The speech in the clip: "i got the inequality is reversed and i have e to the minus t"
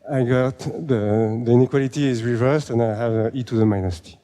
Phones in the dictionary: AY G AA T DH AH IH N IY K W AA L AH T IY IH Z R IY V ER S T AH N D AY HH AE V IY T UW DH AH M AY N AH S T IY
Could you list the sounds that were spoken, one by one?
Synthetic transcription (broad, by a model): AY G AA T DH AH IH N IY K W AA L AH T IY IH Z R IY V ER S T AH N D AY HH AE V IY T UW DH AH M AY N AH S T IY